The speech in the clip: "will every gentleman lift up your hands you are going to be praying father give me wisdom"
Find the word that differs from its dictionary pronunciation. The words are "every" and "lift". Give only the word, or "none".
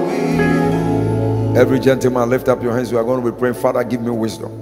none